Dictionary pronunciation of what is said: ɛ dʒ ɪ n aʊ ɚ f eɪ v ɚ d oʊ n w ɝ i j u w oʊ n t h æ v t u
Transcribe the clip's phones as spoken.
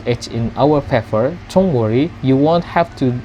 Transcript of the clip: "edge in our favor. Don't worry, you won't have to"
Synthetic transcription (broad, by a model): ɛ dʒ ɪ n aʊ ɚ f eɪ f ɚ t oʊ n w ɝ i j u w oʊ n t h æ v t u